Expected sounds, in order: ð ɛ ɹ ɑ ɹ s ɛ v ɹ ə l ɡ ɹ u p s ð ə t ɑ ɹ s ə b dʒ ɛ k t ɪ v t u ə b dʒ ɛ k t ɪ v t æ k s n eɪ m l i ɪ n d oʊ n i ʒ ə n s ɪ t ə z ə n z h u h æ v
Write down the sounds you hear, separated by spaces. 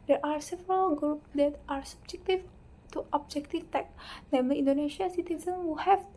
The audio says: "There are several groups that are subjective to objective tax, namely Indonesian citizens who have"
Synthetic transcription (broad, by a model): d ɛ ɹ ɑ ɹ s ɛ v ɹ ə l ɡ ɹ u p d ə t ɑ ɹ s ə b dʒ ɛ k t ɪ v t u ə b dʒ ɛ k t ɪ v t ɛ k n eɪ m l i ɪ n d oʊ n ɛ ʃ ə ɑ s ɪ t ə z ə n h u h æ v